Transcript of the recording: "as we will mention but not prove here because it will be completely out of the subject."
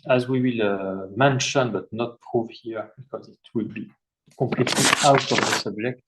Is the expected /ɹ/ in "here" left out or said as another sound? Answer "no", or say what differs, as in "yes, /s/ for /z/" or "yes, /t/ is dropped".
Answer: no